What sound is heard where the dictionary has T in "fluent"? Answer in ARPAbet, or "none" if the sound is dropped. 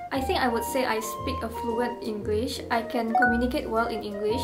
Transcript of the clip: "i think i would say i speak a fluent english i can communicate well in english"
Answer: T